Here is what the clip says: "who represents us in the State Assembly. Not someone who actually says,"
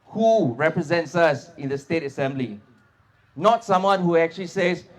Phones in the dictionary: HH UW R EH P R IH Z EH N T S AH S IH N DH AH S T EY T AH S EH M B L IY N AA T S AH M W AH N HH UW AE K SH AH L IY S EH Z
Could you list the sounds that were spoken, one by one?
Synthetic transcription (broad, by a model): HH UW R EH P R IH Z EH N T S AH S IH N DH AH S T EY T AH S EH M B L IY N AA T S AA M W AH N HH UW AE K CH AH L IY S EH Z